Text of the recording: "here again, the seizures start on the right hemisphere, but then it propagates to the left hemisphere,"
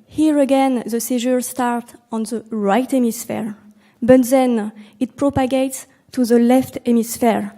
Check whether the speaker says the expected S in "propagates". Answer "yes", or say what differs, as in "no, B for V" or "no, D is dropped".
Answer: yes